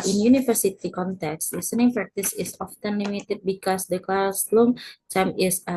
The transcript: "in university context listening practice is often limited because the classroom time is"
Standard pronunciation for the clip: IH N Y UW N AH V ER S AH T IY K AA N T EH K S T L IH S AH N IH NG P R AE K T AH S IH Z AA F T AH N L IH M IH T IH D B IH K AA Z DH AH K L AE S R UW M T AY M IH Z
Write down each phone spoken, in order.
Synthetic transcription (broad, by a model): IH N Y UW N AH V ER S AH T IY K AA N T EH K S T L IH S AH N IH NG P R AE K T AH S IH S AA F T AH N L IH M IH T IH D B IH K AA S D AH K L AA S L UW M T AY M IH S